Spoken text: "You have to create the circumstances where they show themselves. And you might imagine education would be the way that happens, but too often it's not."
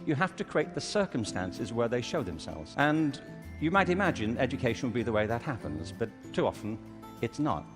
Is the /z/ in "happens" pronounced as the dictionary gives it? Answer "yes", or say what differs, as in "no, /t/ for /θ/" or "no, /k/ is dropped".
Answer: yes